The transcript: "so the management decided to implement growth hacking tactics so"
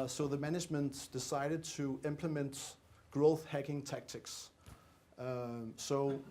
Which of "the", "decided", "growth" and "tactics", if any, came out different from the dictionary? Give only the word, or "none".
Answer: none